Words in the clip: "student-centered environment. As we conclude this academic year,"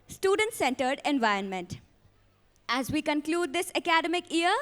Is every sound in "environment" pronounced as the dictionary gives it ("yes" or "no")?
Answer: yes